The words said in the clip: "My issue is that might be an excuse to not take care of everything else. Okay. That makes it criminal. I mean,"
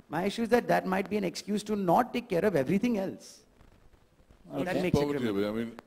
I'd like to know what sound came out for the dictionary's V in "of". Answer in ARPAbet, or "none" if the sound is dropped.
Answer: V